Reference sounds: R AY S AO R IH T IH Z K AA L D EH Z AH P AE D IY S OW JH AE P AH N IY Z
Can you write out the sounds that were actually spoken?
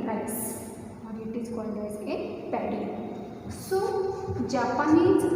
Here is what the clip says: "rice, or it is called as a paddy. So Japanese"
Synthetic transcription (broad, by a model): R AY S AO R IH T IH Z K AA D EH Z AH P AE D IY S OW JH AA P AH N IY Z